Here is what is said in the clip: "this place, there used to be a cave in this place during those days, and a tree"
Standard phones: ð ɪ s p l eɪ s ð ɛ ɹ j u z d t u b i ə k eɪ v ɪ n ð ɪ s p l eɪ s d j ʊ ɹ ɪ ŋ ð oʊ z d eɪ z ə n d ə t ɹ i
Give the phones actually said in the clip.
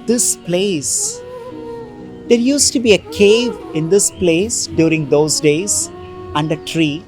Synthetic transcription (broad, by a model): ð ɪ s p l eɪ s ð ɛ ɹ j u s t u b i ə k eɪ v ɪ n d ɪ s p l eɪ s d j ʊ ɹ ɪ ŋ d oʊ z d eɪ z ə n d ə t ɹ i